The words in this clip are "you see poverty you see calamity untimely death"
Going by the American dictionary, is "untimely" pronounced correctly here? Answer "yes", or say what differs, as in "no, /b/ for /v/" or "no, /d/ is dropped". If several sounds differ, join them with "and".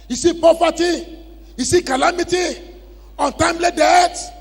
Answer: yes